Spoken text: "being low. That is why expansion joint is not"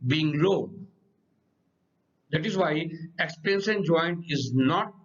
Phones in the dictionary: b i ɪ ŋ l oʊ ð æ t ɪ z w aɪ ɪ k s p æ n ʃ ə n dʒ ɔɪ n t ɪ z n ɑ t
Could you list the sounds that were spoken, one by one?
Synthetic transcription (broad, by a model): b i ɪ ŋ l oʊ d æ t ɪ z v aɪ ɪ k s p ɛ n s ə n dʒ ɔɪ n t ɪ z n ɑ t